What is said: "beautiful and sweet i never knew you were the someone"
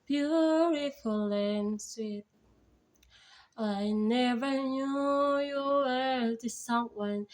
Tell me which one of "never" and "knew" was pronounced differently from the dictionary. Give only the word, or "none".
none